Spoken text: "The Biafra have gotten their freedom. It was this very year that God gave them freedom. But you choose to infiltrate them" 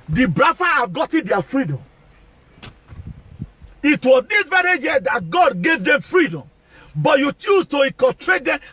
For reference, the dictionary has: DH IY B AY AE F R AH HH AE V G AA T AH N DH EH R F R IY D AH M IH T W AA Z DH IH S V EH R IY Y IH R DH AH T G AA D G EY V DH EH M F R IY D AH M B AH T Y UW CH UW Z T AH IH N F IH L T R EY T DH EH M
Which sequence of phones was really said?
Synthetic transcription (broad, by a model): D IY B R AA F AH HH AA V G AA T AH N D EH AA F R IY D AH M IH T W AA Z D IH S V EH R IY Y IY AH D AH T G AA D G EY V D EH M F R IY D AH M B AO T Y UW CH UW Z T AH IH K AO T R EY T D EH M